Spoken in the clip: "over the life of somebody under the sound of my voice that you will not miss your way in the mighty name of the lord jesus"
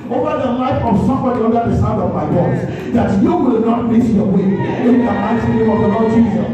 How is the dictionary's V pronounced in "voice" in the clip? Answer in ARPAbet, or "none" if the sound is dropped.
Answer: B